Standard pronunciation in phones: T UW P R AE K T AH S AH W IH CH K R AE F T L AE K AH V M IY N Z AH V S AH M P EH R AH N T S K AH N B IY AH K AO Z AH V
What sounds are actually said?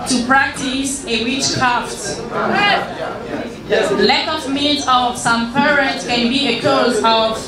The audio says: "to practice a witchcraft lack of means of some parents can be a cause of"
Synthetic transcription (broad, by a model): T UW P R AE K T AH S AH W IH CH K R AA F T L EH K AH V M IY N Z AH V S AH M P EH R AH T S K AH N B IY AH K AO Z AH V